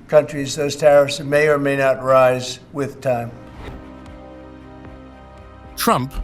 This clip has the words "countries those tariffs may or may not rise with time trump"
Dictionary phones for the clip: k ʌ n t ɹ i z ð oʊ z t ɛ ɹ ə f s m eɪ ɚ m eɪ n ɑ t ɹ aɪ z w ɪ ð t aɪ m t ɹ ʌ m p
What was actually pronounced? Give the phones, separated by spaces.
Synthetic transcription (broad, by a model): k ʌ n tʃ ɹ i z ð oʊ z t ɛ ɹ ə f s m eɪ ɚ m eɪ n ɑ t ɹ aɪ z w ɪ ð t aɪ m t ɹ ʌ m p